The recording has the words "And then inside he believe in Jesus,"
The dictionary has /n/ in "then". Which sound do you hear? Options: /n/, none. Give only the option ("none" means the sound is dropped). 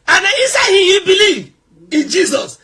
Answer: none